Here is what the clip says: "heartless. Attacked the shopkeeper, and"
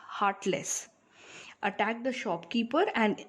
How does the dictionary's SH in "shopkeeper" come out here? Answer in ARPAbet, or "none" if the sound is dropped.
SH